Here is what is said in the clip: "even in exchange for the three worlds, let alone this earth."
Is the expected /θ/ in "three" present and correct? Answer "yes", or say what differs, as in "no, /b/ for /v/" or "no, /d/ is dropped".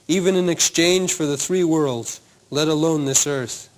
yes